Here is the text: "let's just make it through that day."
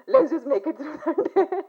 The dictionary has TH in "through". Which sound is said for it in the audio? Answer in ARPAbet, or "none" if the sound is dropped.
S